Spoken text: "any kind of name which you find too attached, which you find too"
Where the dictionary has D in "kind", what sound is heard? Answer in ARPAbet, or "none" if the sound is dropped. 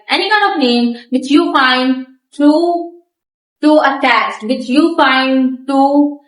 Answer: none